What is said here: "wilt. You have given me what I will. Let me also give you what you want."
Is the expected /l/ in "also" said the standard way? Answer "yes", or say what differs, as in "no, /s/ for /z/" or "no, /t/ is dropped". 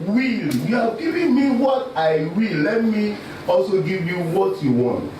yes